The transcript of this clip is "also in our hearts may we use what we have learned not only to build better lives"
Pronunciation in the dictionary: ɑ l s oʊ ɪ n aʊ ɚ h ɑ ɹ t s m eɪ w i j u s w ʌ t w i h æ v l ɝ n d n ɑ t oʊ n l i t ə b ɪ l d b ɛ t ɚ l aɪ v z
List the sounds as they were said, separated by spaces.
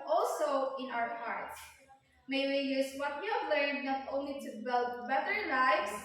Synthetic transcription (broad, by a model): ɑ l s oʊ ɪ n aʊ ɚ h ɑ ɹ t m eɪ w i j u s w ʌ t w i h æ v l ɝ n d n ɑ t oʊ n l i t ə b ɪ l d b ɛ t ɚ l aɪ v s